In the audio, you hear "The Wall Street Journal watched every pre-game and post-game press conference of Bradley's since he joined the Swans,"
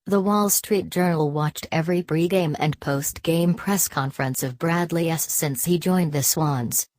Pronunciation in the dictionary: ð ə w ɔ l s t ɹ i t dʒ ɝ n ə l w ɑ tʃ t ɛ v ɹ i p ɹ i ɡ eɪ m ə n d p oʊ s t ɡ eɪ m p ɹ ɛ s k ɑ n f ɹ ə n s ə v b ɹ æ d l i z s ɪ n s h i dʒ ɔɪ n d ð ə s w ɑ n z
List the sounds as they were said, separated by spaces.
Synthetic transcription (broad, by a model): ð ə w ɔ l s t ɹ i t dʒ ɝ n l w ɑ tʃ t ɛ v ɹ i b ɹ i ɡ eɪ m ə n p oʊ s t ɡ eɪ m p ɹ ɛ s k ɑ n f ɹ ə n s ə v b ɹ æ d l i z s ɪ n s h i dʒ ɔɪ n ð ə s w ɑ n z